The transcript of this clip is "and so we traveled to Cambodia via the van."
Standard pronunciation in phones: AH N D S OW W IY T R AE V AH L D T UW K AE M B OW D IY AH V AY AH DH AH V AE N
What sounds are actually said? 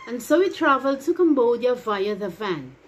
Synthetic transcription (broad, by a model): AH N S OW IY T R AE V AH L D T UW K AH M B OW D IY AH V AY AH DH AH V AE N